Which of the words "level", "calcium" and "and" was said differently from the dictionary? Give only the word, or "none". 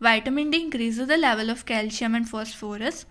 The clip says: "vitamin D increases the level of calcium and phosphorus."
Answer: calcium